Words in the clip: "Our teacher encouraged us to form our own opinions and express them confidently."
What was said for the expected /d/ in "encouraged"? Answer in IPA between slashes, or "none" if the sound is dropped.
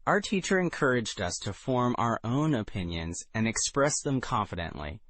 /d/